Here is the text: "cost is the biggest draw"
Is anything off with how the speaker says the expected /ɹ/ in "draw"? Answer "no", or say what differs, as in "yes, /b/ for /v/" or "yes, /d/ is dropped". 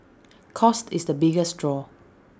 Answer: no